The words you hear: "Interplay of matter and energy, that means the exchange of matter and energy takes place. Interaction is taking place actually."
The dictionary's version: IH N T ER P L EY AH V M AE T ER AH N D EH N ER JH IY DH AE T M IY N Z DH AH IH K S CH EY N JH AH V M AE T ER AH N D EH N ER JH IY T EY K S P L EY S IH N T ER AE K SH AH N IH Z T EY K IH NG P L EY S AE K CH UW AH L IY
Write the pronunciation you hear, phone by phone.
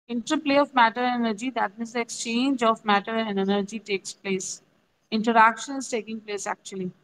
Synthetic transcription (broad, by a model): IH N T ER P L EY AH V M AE T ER AH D EH N ER JH IY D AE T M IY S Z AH IH K S CH EY N JH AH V M AE T ER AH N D EH N ER JH IY T EY K S P L EY S IH N T ER AE K SH AH N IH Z T EY K IH NG P L EY S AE K CH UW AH L IY